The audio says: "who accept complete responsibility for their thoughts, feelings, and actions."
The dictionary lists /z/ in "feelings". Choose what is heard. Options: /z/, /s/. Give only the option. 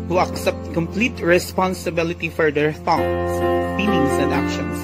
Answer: /s/